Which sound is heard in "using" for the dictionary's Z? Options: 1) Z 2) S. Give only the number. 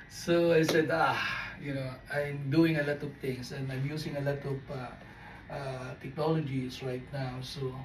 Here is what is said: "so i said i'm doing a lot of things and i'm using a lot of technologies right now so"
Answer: 2